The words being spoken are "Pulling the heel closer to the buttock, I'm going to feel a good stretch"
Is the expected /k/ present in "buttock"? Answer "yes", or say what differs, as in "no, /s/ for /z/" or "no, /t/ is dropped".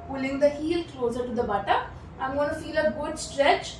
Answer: no, /k/ is dropped